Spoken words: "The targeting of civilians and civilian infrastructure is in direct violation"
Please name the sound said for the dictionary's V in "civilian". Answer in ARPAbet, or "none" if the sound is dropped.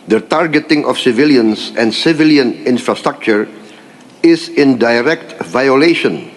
V